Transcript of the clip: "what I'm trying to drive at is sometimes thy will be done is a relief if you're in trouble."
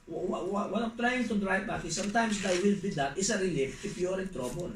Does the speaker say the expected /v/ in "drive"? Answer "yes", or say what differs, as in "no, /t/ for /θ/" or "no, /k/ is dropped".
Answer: no, /b/ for /v/